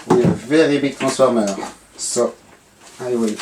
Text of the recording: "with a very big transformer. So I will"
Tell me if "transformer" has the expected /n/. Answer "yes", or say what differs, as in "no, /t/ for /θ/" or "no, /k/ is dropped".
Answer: no, /n/ is dropped